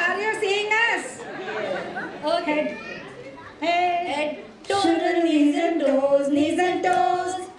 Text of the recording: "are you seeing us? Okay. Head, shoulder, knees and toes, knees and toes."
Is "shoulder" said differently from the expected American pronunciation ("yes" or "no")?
yes